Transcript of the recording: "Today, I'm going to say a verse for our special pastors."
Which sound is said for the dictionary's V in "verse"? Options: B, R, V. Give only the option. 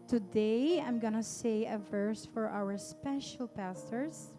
V